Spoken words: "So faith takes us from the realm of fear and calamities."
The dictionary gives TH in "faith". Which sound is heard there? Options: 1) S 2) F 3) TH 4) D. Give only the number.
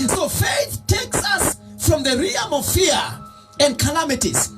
3